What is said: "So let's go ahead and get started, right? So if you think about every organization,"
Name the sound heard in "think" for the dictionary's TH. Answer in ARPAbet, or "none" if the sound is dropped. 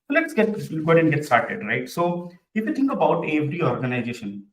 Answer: T